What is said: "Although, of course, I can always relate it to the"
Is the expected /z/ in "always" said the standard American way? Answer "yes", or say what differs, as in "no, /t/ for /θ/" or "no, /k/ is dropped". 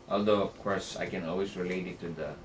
no, /s/ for /z/